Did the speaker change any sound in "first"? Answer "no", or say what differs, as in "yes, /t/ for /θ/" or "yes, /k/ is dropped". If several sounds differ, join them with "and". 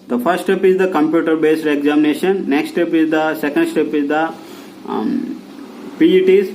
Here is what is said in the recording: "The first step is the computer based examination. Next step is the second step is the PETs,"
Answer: yes, /s/ is dropped